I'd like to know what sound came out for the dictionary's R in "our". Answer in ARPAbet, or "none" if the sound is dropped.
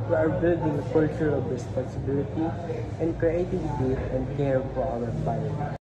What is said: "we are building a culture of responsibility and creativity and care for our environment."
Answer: W